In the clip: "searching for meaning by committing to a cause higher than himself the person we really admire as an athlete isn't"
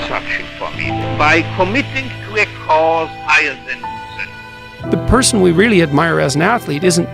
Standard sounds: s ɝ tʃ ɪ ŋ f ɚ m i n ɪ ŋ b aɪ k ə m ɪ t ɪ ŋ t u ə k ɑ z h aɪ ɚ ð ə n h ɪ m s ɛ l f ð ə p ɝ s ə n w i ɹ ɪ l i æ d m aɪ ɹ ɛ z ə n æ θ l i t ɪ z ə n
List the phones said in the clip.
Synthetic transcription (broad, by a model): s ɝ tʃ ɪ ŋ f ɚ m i b aɪ k ə m ɪ t ɪ ŋ t u ə k ɑ z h aɪ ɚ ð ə n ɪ s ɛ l ð ə p ɝ s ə n w i ɹ ɪ l i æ d m aɪ ɹ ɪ z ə n æ θ l i t ɪ z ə n